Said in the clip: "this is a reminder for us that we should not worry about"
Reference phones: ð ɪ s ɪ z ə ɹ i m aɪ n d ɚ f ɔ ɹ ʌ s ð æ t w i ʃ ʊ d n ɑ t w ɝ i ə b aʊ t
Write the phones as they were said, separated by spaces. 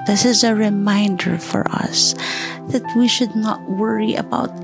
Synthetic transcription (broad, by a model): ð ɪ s ɪ z ə ɹ i m aɪ n d ɚ f ɔ ɹ ʌ s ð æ t w i ʃ ʊ d n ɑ t w ɝ i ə b aʊ t